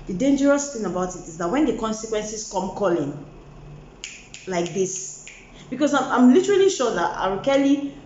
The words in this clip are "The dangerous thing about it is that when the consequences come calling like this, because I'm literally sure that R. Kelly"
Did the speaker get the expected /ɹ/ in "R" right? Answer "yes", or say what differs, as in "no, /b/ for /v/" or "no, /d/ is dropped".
no, /w/ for /ɹ/